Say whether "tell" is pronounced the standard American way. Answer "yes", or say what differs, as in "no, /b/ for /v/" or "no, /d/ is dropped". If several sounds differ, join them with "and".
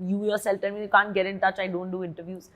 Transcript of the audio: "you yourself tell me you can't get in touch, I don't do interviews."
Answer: no, /n/ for /l/